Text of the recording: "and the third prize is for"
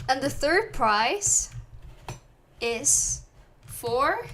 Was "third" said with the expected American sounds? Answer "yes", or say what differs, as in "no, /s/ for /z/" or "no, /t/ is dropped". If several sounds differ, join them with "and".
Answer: yes